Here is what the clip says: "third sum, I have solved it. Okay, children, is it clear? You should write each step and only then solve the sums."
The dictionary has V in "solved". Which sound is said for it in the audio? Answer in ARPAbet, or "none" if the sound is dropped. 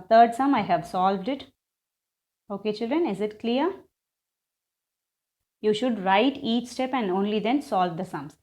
V